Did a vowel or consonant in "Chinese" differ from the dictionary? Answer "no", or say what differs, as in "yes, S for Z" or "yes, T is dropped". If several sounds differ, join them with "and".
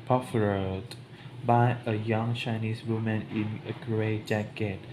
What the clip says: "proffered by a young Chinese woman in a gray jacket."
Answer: yes, S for Z